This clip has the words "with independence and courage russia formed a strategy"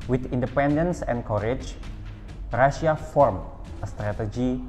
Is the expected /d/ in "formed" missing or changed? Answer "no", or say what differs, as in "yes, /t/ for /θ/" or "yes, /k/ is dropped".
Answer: yes, /d/ is dropped